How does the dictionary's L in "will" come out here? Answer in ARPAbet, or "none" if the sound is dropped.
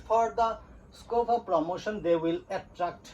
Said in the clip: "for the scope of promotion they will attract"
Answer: L